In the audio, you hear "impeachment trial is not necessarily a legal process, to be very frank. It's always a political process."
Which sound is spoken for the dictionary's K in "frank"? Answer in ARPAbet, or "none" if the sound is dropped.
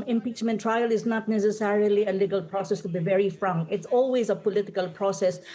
none